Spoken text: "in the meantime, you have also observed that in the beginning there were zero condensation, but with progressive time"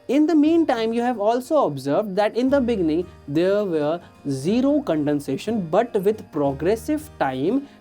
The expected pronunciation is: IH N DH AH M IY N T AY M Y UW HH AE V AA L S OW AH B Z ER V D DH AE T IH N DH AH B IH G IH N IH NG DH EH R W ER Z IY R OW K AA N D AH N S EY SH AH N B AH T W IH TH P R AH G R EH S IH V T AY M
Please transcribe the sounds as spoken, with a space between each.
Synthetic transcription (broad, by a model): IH N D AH M IY N T AY M Y UW HH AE V AA L S OW AH B Z ER V D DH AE T IH N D AH B IH G IH N IH NG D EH R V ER Z IY R OW K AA N D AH N S EY SH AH N B AH T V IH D P R AH G R EH S IH V T AY M